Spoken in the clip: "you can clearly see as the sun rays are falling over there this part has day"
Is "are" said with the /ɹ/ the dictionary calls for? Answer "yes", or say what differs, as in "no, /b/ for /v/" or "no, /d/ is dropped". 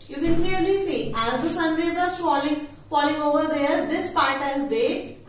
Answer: no, /l/ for /ɹ/